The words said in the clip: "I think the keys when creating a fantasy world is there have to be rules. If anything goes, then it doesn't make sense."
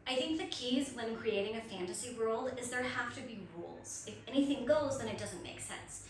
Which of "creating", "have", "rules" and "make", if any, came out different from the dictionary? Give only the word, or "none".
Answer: have